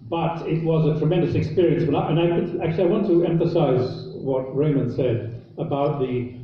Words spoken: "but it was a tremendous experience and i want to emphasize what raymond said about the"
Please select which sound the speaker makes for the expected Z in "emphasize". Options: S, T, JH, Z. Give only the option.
Z